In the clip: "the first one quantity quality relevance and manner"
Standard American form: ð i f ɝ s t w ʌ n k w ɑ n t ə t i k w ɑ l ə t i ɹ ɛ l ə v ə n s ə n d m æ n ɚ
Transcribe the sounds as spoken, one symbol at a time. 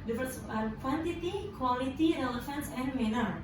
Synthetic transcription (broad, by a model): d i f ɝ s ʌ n k w ɑ n t ə t i k w ɑ l ə t i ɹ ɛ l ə f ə n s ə n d m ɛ n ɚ